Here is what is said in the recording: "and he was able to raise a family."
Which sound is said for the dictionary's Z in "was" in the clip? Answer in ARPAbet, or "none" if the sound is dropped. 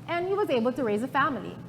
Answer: Z